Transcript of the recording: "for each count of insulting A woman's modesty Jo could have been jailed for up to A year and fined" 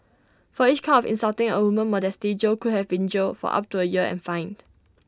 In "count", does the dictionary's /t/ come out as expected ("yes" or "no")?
no